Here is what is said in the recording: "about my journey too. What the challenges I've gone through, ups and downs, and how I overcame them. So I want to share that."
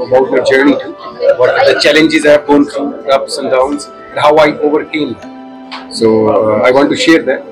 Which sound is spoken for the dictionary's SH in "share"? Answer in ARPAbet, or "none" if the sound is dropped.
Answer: SH